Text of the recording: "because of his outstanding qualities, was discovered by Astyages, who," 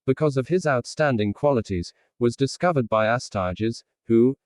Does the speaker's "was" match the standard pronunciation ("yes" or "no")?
yes